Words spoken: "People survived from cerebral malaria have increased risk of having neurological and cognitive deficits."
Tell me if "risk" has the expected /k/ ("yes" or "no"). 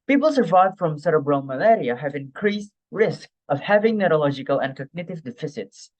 yes